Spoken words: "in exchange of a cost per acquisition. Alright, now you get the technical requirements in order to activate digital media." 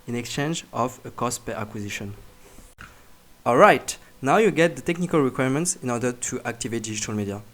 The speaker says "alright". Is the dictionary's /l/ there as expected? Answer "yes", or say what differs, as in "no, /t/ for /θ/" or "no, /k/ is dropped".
yes